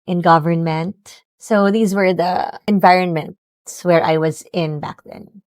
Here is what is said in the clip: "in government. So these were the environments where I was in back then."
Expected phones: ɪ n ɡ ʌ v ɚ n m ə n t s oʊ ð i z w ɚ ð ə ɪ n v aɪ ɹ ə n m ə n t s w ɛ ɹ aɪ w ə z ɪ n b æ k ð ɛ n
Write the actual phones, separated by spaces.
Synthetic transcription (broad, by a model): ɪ n ɡ ʌ v ɚ n m ə n t s oʊ ð i z w ɚ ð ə ɪ n v aɪ ɹ ə n m ə n t s w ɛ ɹ aɪ w ə z ɪ n b æ k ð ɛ n